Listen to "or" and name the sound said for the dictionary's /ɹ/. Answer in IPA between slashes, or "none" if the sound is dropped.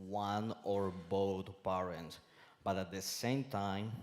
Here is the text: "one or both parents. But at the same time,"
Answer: /ɹ/